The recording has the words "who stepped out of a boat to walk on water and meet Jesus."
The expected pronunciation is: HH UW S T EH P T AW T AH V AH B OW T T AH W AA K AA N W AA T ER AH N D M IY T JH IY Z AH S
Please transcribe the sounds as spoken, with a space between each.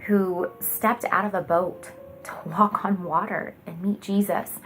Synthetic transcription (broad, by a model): HH UW S T EH P T AW T AH V AH B OW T T AH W AA K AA N W AA T ER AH N M IY T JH IY Z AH S